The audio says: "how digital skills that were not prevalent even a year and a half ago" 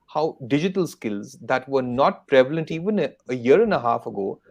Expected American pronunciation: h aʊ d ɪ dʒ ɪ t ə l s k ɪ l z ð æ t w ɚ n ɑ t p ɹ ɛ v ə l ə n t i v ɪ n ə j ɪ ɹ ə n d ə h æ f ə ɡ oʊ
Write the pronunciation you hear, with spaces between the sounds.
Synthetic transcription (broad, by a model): h aʊ d ɪ dʒ ɪ t ə l s k ɪ l z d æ t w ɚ n ɑ t p ɹ ɛ v ə l ə n t i v ɪ n ə j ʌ ɹ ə n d ə h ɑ f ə ɡ oʊ